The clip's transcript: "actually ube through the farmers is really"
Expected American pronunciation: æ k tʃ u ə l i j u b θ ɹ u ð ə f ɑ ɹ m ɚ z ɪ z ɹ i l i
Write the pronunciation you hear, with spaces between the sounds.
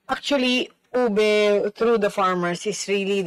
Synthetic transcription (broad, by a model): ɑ k tʃ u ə l i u b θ ɹ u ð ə f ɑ ɹ m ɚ s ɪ s ɹ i l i